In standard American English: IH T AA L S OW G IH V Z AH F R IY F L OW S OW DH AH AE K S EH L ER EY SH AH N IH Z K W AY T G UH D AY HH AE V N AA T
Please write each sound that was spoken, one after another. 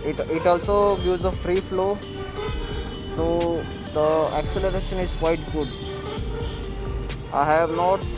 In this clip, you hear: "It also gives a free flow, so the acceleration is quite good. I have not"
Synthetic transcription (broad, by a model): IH T AA L S OW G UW Z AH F R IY F L OW S OW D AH AE K S EH L ER EY SH AH N IH Z K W AY T G UH D AY HH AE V N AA T